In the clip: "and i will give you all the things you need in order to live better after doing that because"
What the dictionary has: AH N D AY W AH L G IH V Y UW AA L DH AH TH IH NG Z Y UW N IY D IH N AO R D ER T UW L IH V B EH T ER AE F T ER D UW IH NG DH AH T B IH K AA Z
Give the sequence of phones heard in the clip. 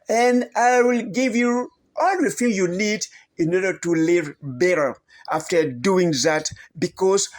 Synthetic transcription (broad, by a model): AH N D AY W AH L G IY V Y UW AA L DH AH F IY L Y UW N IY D IH N AO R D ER T UW L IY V B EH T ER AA F T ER D UW IH NG DH AH T B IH K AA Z